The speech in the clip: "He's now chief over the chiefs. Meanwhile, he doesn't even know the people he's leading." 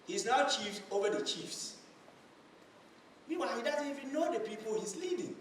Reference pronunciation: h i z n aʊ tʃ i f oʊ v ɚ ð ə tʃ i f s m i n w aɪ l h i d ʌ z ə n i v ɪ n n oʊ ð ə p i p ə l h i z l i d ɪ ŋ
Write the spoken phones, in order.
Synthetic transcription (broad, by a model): h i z n aʊ tʃ i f oʊ v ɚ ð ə tʃ i f s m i w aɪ h i d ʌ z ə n i v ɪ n n oʊ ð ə p i p ə l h i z l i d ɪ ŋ